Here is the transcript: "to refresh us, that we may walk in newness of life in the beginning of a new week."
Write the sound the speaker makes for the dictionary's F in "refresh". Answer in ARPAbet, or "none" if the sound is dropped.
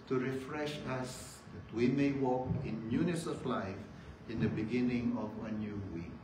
F